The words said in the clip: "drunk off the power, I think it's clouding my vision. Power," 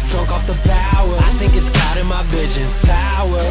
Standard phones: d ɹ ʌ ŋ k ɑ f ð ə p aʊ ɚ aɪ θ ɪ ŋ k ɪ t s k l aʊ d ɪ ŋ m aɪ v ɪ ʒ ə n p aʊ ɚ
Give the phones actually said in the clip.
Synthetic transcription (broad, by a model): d ɹ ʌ ŋ k ɑ f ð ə p aʊ ɚ aɪ θ ɪ ŋ k ɪ t s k aʊ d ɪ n m aɪ v ɪ ʒ ə n p aʊ ɚ